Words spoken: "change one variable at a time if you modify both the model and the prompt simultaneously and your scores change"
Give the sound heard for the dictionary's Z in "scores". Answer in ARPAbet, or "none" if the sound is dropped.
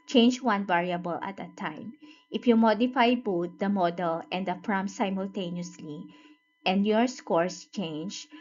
S